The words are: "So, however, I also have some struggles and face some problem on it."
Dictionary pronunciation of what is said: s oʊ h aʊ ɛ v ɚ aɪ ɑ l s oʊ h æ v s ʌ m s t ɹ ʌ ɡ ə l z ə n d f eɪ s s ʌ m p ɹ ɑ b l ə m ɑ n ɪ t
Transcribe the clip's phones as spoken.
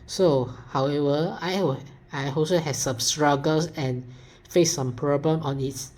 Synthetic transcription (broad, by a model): s oʊ h aʊ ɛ v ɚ aɪ ɑ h s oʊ h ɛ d s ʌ m s t ɹ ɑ ɡ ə l s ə n f eɪ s s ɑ m p ɹ ɑ b l ə m ɑ n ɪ t